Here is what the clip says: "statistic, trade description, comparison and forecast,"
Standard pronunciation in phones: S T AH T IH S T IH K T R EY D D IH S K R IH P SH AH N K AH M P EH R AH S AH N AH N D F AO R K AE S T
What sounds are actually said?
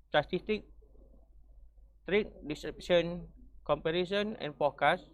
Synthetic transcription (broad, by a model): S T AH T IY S T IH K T R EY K D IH S R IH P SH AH N K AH M P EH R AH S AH N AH N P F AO K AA S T